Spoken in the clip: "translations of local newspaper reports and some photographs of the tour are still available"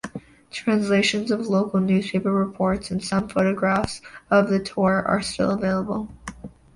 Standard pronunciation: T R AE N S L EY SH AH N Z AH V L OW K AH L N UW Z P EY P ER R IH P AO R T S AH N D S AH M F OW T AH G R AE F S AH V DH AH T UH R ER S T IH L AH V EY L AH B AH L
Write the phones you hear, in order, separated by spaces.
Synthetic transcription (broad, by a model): T R AE N S L EY SH AH N Z AH V L OW K L N UW Z P EY P ER R IH P AO R T S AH N S AH M F OW T AH G R AE F S AH V DH AH T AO R ER S T IH L AH V EY L AH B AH L